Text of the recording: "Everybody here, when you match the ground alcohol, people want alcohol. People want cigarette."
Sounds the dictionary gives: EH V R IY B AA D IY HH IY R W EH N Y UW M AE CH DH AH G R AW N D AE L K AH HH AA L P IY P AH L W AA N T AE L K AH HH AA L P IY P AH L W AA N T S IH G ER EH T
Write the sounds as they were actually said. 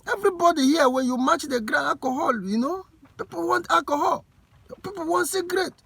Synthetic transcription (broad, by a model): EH V R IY B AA D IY HH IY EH W EH N Y UW M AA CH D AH G R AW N AA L K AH HH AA L P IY P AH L W AA N T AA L K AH HH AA L P IY P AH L W AA N T S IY G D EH T